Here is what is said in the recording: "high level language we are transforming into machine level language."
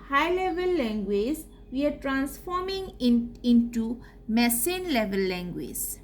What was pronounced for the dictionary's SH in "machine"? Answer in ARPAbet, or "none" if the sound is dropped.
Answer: S